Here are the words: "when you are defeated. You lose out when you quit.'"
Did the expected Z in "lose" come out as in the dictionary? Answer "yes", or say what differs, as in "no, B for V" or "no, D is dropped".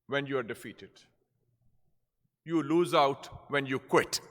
yes